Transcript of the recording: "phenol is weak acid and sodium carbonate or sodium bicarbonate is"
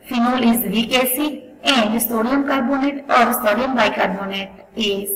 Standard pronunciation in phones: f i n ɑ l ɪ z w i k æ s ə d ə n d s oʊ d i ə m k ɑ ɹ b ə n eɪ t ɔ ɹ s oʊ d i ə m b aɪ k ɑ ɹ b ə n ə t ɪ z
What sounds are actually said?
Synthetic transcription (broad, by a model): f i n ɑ l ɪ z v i k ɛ s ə ə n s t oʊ d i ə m k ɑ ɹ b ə n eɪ t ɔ ɹ s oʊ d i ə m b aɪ k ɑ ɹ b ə n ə t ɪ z